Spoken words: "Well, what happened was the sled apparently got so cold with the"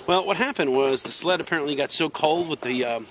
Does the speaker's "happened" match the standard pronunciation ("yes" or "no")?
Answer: yes